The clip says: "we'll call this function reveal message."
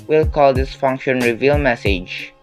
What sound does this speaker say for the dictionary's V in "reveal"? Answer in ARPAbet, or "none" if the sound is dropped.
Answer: V